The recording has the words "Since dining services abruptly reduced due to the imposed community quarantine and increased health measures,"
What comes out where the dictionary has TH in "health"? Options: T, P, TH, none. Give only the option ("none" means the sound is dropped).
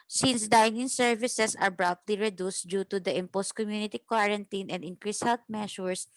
T